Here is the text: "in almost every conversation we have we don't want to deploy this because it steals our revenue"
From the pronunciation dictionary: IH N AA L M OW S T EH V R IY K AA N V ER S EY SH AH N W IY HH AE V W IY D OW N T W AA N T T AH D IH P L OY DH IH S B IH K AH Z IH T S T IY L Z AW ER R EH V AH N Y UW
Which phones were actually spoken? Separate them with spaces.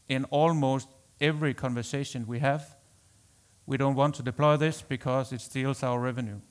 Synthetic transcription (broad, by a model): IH N AA L M OW S T EH V R IY K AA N V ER S EY SH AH N W IY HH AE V W IY D OW N T W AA N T T AH D IH P L OY DH IH S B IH K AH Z IH T S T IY L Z AW ER R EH V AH N Y UW